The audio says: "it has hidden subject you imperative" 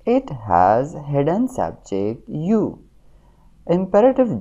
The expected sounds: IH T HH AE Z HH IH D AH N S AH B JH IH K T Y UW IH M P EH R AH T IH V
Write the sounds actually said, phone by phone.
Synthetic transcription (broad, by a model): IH T HH AE Z HH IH D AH N S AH B JH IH K T Y UW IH M P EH R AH T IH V